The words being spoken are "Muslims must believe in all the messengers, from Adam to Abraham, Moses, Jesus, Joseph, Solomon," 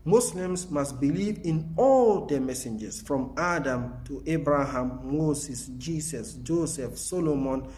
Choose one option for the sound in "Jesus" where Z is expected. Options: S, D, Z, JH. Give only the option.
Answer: S